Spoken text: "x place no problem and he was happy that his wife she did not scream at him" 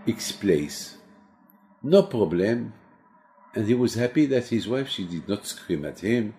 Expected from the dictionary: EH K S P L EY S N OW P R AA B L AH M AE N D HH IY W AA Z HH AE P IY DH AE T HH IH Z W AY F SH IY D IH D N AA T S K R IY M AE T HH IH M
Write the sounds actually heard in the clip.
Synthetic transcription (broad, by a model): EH K S P L EY S N OW P R AA B L AH M AE N D HH IY W AA Z HH AE P IY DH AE T HH IH Z W AY F SH IY D IH D N AA T S K R IY M AE T HH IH M